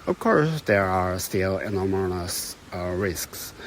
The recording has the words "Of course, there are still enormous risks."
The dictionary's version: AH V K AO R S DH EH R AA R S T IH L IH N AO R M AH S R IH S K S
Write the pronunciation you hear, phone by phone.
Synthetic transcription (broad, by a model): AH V K AO R S DH EH R AA R S T IH L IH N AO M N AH S R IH S K S